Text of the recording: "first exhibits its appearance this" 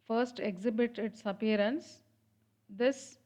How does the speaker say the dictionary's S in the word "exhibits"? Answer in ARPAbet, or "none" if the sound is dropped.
none